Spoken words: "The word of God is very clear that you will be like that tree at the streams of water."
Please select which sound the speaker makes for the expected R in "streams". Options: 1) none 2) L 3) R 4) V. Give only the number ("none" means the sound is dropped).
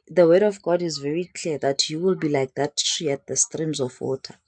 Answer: 3